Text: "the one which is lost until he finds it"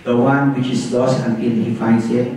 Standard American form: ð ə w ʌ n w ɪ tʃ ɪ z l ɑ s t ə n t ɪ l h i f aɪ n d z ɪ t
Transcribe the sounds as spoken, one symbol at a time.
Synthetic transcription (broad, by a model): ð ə w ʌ n w ɪ tʃ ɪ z l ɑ s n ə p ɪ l h i f aɪ n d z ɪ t